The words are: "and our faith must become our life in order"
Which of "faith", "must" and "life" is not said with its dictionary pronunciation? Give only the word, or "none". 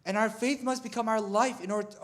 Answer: none